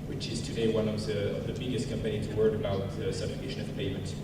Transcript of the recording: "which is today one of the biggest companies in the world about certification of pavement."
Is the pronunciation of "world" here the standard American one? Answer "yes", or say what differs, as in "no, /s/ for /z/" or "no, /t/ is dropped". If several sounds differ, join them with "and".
no, /l/ is dropped